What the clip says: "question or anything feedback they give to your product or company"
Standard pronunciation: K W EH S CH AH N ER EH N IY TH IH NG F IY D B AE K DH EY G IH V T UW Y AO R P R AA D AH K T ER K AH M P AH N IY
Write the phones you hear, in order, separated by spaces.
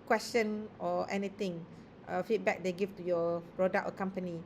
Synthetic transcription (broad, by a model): K W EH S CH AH N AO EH N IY T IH NG F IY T B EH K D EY G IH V T UW Y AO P R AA D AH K ER K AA M P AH N IY